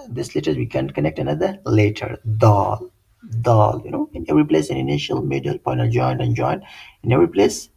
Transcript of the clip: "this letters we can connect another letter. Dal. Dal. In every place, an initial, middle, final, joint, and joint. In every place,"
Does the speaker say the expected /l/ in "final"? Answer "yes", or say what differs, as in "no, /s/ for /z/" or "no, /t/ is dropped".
no, /n/ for /l/